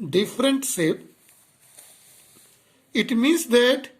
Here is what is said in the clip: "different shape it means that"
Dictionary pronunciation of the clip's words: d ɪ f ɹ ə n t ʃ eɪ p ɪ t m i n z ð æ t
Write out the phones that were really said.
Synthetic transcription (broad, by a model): d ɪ f ɹ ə n t s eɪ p ɪ t m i n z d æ t